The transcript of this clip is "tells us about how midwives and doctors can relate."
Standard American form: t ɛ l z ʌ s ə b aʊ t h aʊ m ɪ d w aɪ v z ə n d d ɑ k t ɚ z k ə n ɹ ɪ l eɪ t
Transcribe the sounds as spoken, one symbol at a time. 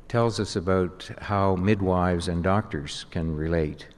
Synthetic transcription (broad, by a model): t ɛ l z ʌ s ə b aʊ t h aʊ m ɪ d w aɪ v z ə n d d ɑ k t ɚ z k ə n ɹ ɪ l eɪ t